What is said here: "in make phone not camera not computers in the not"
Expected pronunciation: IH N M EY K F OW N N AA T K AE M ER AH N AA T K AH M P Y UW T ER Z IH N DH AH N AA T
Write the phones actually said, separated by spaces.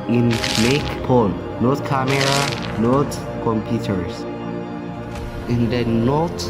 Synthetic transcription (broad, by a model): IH N M EY K P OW L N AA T K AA M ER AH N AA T K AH M P Y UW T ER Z IH N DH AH N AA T